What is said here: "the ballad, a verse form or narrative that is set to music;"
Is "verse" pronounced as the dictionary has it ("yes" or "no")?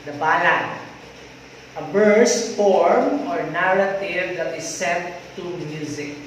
no